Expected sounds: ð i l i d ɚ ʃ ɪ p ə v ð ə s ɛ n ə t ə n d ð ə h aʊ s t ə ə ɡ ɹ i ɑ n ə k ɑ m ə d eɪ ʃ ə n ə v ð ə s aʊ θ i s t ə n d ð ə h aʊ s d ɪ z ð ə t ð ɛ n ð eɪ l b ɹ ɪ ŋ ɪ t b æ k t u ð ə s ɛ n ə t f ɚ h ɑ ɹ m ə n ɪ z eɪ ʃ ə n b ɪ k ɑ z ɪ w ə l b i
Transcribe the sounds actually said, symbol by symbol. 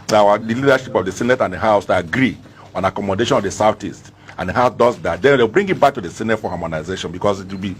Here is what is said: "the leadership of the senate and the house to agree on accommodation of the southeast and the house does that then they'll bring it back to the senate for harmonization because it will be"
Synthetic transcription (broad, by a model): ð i l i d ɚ ʃ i p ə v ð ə s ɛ n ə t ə n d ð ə h aʊ s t ə ɡ ɹ i ɑ n ə k ɑ m ə d eɪ ʃ ə n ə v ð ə s aʊ t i s t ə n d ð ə h aʊ s d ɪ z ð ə t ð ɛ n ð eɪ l b ɹ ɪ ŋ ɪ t b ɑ k t u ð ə s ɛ n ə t f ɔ h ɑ m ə n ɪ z eɪ ʃ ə n b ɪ k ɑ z ɪ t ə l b i